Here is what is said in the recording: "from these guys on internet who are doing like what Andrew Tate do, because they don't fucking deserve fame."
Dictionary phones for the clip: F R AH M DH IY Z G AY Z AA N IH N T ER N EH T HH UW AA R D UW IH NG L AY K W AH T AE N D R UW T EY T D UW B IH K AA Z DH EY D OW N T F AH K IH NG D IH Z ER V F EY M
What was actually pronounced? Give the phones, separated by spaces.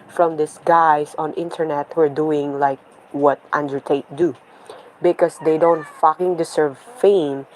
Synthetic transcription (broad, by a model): F R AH M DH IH S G AY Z AA N IH N T ER N EH T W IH R D UW IH NG L AY K W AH T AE N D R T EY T D UW B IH K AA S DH EY D OW N T F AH K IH NG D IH S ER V F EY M